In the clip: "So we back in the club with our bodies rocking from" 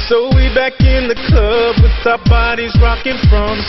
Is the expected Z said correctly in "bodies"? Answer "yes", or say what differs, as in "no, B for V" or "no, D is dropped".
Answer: yes